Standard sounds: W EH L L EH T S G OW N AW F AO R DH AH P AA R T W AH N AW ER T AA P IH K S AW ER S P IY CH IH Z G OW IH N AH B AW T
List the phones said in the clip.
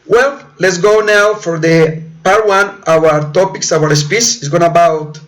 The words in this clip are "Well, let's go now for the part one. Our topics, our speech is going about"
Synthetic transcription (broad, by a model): W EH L L EH T S G OW N AW F AO R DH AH P AA R T W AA N AW ER T AA P IH K S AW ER S P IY S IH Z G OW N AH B AW T